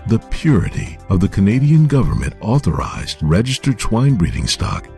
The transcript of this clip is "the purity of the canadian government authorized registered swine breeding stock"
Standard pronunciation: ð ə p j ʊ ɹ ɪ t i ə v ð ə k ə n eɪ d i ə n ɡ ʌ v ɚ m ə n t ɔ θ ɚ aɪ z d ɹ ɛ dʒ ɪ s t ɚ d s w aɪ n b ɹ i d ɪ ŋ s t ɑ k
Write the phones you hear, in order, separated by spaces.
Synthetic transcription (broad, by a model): ð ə p j ʊ ɹ ɪ t i ə v ð ə k ə n eɪ d i ə n ɡ ʌ v ɚ m ə n t ɔ θ ɚ aɪ z d ɹ ɛ dʒ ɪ s t ɚ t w aɪ n b ɹ i d ɪ ŋ s t ɑ k